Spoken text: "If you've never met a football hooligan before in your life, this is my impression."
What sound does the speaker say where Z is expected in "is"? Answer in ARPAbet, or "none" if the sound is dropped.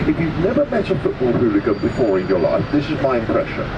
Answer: Z